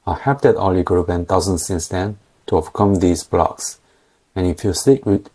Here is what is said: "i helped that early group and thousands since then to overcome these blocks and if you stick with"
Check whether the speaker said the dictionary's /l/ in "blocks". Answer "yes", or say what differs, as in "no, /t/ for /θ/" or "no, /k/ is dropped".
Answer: yes